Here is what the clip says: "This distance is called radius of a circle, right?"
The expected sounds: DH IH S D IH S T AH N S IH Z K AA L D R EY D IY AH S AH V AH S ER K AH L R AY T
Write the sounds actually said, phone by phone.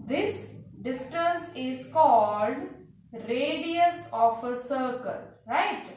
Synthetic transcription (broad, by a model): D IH S D IH S T AH N S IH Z K AA L D R EY D IY AH S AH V AH S ER K AH L R AY T